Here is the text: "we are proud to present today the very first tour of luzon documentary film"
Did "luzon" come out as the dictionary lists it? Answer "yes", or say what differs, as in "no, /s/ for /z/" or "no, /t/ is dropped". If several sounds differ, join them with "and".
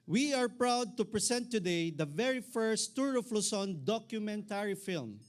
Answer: no, /s/ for /z/